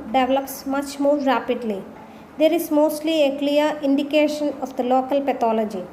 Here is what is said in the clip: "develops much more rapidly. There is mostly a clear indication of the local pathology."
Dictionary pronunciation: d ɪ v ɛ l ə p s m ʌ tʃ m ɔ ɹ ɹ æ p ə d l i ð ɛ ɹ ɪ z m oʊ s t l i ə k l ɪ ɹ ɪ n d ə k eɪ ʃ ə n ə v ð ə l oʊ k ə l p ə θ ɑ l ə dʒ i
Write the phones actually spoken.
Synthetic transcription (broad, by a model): d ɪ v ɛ l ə p s m ʌ tʃ m ɔ ɹ ɹ æ p ə d l i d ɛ ɹ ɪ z m oʊ s t l i ə k l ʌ ɹ ɪ n d ə k eɪ ʃ ə n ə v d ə l oʊ k ə l p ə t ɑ l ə dʒ i